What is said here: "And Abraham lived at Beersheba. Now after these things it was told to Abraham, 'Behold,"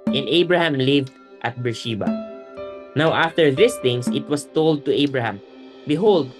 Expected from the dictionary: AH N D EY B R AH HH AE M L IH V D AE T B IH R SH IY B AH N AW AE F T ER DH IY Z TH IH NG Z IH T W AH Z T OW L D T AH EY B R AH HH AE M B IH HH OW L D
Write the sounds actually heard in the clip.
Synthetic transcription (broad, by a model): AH N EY B R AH HH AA M L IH V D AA T B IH R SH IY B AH N AW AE F T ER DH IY S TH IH NG S IH T W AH S T OW L D T AH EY B R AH HH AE M B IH HH OW L D